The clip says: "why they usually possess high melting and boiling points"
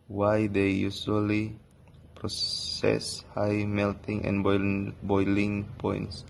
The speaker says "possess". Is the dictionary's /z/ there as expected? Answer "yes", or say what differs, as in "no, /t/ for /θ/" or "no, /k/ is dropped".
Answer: no, /s/ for /z/